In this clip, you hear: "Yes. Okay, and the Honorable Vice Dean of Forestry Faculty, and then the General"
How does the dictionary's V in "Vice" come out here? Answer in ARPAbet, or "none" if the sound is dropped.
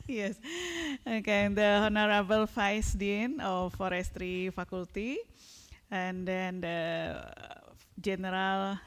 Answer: F